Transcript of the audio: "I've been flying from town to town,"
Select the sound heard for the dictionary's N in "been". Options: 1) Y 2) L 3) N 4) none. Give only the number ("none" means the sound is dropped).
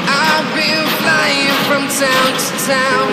2